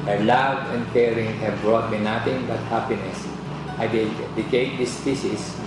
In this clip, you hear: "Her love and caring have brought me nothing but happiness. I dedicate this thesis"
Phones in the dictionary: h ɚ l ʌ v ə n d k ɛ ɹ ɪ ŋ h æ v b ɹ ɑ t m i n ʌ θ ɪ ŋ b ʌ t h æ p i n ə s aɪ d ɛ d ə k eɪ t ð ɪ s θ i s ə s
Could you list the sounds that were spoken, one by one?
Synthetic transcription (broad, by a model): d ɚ l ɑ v ə n d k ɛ ɹ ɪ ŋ h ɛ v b ɹ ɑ t m i n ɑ t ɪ ŋ b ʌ t h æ p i n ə s aɪ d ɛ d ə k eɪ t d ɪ s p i s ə s